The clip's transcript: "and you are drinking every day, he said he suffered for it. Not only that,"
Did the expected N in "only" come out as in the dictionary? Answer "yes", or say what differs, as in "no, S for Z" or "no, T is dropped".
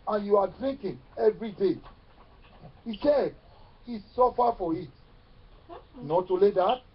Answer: no, N is dropped